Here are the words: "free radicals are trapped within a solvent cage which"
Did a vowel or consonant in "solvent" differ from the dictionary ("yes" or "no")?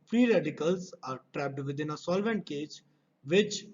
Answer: no